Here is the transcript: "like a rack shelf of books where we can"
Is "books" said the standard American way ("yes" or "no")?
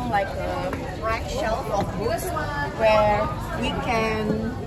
no